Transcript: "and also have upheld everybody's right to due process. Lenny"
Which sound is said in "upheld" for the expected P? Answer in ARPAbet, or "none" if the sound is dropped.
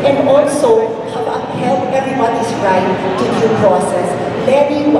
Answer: none